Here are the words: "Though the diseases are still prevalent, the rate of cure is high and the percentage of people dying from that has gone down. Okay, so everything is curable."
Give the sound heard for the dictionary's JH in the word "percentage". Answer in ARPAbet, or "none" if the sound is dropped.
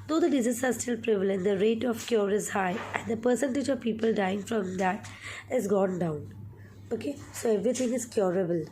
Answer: JH